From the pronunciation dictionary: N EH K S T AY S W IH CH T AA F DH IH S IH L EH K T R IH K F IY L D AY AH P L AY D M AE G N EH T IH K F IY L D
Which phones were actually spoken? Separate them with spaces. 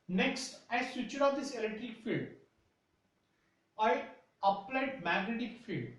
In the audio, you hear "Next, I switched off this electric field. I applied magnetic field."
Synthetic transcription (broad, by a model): N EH K S T AY S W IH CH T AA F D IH S IH L EH K T R IH K F IY L D AY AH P L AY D M AE G N EH T IH K F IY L D